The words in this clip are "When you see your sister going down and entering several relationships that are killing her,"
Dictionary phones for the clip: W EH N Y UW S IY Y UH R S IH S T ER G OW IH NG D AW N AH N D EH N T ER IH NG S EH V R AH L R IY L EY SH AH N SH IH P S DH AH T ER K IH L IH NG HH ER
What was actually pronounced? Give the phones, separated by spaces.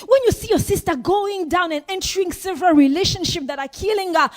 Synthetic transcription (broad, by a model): W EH N Y UW S IY Y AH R S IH S T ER G OW IH NG D AW N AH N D EH N T ER IH NG S EH V R AH L R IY L EY SH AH N SH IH P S DH AH T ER K IH L IH NG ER